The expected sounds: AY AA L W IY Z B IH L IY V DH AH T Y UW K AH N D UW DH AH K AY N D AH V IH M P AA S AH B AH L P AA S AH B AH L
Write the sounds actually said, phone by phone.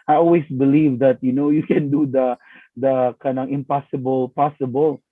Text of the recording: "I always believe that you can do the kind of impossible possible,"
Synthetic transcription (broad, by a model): AY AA L W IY S B IH L IY V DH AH T Y UW K AH N D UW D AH K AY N AH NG IH M P AA S AH B AH L P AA S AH B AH L